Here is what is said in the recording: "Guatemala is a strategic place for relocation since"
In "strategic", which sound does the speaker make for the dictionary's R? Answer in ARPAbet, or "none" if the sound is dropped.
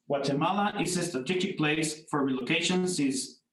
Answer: none